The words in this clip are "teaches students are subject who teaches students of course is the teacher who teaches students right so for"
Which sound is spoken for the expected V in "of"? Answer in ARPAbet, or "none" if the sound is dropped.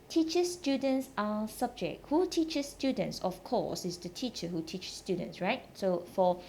F